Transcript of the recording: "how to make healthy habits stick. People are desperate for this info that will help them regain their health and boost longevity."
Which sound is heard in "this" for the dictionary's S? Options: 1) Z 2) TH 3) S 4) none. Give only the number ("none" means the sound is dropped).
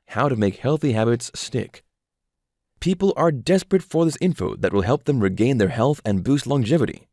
3